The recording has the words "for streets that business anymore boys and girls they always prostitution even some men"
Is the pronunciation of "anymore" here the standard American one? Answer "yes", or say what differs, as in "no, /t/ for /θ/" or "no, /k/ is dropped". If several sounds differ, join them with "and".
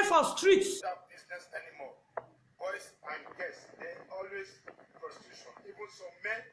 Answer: no, /l/ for /ɹ/